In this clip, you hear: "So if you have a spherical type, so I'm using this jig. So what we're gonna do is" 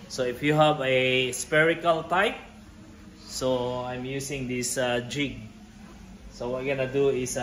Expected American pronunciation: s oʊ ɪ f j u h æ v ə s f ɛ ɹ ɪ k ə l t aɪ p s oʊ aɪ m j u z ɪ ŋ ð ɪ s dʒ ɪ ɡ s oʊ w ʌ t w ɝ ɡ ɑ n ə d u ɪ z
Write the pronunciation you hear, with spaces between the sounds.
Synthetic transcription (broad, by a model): s oʊ ɪ f j u h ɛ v ə s p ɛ ɹ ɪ k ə l t aɪ p s oʊ aɪ m j u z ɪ ŋ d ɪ s dʒ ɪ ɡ s oʊ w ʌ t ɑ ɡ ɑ n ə d u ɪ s